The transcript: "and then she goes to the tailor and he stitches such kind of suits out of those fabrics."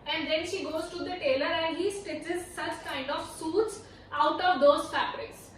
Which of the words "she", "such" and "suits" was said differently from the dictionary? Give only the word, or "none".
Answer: none